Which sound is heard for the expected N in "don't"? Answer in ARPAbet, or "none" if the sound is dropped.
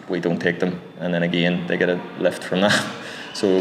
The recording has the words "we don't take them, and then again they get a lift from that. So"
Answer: N